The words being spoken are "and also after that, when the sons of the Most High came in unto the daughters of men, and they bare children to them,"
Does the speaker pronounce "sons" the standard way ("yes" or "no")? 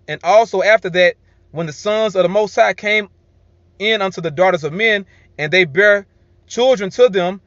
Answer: yes